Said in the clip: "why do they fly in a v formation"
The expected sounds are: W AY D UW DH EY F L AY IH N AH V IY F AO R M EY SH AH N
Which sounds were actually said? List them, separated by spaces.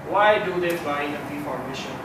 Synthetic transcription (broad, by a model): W AY D UW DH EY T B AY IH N AH P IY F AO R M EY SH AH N